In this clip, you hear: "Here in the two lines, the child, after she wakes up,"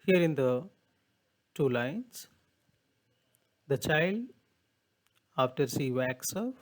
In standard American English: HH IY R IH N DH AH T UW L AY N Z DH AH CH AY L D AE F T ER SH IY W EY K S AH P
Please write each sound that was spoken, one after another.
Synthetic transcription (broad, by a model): HH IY R IH N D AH T UW L AY N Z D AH CH AY L D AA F T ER S IY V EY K S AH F